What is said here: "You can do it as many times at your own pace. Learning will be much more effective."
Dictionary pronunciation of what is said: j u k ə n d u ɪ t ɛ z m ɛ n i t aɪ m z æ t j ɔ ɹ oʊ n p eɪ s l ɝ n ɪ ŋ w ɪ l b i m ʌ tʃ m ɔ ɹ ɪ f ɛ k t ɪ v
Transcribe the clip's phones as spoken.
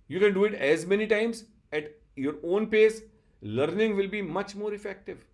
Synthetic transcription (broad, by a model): j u k ə n d u ɪ t ɛ z m ɛ n i t aɪ m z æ t j ɔ ɹ oʊ n p eɪ s l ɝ n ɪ ŋ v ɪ l b i m ʌ tʃ m ɔ ɹ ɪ f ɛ k t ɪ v